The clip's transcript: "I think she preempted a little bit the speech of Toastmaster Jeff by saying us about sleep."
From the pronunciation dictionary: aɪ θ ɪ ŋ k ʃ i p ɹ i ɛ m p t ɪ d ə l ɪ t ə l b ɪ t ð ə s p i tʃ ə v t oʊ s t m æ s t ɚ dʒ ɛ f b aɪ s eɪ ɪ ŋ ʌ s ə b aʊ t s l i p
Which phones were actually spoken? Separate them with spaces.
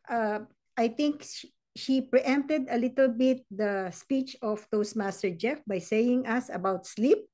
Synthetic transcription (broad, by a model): aɪ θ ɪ ŋ k ʃ i p ɹ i ɛ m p t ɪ d ə l ɪ t ə l b ɪ t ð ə s p i tʃ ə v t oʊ s m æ s t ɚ dʒ ɛ f b aɪ s eɪ ɪ ŋ ʌ s ə b aʊ t s l i p